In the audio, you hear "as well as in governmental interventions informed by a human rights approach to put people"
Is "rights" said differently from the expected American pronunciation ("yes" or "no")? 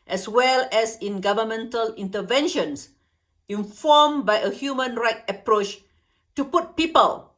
yes